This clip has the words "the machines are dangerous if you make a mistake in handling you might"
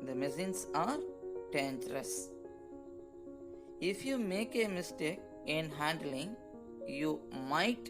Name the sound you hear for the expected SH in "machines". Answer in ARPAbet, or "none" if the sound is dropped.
S